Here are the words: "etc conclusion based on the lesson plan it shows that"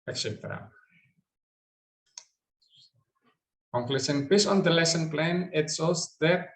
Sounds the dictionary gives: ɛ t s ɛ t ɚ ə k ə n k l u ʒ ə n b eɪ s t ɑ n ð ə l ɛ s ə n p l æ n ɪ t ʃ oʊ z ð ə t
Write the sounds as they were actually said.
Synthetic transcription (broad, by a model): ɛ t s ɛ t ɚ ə k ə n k l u s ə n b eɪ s ɑ n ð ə l ɛ s ə n p l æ n ɪ t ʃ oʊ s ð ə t